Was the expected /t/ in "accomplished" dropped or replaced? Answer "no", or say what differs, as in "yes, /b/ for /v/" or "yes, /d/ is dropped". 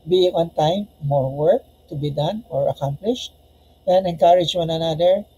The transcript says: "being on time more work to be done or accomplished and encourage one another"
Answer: no